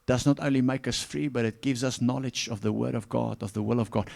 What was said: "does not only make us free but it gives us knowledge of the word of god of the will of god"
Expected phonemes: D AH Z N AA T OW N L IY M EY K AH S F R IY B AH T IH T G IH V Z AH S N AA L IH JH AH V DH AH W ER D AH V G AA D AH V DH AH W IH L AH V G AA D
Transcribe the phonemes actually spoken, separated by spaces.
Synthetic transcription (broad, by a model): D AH Z N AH T OW N L IY M EY K AH S F R IY B AH T IH T G IH V Z AH S N AA L IH JH AH V DH AH W ER D AH V G AA D AH V DH AH W IH L AH V G AA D